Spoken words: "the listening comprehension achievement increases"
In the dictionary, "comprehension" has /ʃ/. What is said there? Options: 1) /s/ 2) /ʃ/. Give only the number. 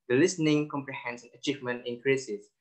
1